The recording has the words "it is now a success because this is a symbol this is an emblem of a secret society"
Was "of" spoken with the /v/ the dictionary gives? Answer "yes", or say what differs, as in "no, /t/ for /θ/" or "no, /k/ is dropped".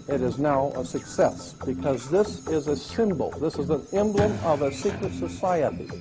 yes